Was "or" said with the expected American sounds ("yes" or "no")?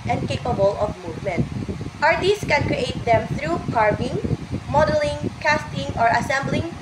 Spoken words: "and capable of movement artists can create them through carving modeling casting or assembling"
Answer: yes